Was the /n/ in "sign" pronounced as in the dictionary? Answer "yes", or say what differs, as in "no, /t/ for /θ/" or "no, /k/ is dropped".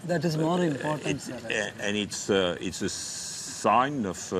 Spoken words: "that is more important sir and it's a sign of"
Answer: yes